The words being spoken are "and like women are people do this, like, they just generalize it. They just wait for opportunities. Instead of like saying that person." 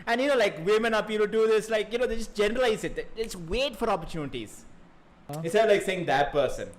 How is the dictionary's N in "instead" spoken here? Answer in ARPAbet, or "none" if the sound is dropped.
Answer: none